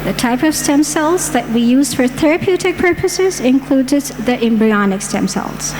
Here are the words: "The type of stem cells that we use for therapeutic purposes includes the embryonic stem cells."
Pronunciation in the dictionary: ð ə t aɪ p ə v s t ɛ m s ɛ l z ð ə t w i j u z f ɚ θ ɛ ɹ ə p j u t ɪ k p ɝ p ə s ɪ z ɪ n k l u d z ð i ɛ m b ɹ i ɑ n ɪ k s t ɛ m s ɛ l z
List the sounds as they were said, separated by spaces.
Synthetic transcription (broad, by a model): ð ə t aɪ p ə v s t ɛ m s ɛ l z ð ə t w i j u z f ɚ θ ɛ ɹ ə p j u t ɪ k p ɝ p ə s ɪ z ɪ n k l u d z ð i ɛ m b ɹ i ɑ n ɪ k s t ɛ m s ɛ l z